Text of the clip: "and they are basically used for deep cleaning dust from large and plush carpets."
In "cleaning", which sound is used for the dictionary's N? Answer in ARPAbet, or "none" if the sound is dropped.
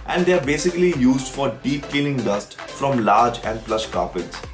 L